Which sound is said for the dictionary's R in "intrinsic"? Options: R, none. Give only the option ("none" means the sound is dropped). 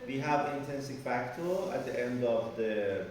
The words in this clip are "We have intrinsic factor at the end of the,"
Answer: none